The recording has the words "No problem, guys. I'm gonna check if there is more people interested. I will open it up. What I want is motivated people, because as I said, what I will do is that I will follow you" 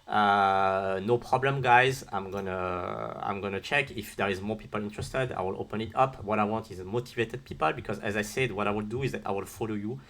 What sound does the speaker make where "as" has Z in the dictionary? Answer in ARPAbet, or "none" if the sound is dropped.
Z